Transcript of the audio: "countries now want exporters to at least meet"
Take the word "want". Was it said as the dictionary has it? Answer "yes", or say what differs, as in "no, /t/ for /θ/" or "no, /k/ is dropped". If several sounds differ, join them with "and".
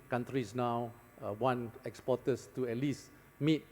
no, /t/ is dropped